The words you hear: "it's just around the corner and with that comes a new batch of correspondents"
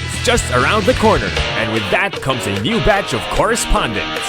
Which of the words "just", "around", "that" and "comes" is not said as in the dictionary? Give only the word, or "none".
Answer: none